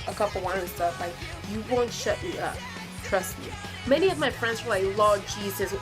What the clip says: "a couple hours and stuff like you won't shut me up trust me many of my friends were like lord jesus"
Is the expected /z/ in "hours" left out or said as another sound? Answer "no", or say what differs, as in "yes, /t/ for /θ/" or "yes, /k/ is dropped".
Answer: yes, /z/ is dropped